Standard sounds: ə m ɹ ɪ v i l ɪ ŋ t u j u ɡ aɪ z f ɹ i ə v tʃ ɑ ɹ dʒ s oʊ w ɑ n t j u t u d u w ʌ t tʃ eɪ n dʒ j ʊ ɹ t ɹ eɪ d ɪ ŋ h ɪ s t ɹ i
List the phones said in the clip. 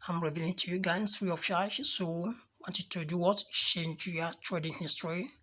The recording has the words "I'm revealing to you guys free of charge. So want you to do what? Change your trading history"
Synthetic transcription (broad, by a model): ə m ɹ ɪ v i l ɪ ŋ t u j u ɡ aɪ s f ɹ i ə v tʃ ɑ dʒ s oʊ w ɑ n t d t u d u w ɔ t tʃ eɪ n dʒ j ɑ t ɹ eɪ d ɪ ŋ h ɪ s t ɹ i